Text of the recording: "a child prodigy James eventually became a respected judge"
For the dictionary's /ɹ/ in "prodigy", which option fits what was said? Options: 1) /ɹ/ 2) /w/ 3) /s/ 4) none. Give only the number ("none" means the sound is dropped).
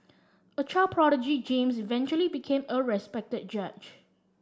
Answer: 1